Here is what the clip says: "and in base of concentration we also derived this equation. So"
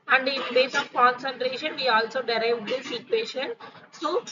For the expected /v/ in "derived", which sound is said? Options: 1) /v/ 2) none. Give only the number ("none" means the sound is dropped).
1